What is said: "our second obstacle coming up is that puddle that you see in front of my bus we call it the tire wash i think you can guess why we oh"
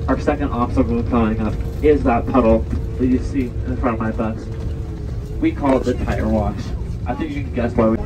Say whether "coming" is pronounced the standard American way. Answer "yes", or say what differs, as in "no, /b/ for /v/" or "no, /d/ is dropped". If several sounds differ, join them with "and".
no, /m/ is dropped